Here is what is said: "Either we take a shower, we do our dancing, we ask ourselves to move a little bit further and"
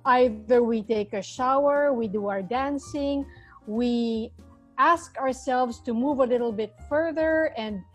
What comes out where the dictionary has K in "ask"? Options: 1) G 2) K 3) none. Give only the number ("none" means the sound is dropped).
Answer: 2